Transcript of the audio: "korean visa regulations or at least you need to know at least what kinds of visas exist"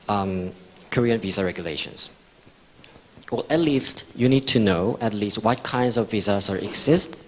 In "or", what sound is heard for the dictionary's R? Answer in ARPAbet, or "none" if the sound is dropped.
L